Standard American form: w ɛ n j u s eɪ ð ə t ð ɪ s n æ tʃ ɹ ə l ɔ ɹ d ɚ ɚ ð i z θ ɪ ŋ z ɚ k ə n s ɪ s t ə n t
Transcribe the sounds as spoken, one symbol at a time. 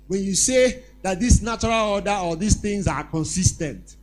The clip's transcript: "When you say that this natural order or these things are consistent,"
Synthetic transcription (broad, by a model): w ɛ n j u s eɪ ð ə t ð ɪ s n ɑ tʃ ɹ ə l ɔ d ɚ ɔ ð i s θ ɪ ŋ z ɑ k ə n s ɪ s t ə n t